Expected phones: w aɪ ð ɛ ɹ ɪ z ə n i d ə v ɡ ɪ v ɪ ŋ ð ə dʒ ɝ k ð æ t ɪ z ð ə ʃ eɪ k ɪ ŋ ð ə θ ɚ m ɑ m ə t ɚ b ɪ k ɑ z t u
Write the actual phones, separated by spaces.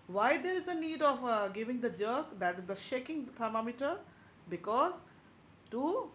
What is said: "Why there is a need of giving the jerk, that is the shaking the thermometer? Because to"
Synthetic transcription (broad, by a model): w aɪ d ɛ ɹ ɪ z ə n i d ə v ɡ ɪ v ɪ ŋ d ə dʒ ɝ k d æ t ɪ z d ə ʃ eɪ k ɪ ŋ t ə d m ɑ m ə t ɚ b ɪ k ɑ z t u